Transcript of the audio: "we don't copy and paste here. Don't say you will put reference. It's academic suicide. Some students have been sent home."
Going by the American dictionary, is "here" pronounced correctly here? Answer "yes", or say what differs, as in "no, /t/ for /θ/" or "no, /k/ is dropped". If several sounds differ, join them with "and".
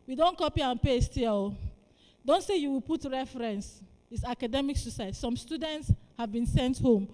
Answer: no, /l/ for /ɹ/